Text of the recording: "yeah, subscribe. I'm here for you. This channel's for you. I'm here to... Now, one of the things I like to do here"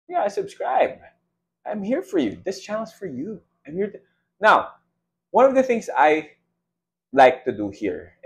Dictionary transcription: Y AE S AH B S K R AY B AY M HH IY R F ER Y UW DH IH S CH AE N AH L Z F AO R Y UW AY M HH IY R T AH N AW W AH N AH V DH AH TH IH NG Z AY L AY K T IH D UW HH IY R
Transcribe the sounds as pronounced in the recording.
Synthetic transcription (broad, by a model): Y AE S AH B S K R AY B AY M HH IY R F ER Y UW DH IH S CH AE L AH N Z F AO R Y UW AY M HH IY R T N AW W AH N AH V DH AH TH IH NG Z AY L AY K T IH D UW HH IY R